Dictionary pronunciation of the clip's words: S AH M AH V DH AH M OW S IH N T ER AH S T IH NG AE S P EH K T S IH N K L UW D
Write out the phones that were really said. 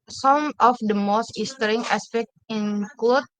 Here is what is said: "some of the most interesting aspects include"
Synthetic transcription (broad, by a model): S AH M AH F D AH M OW S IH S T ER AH T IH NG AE S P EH K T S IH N K L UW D